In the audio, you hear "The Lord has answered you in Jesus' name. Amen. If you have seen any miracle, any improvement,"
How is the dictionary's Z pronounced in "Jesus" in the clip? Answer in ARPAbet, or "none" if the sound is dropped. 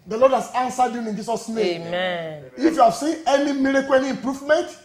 S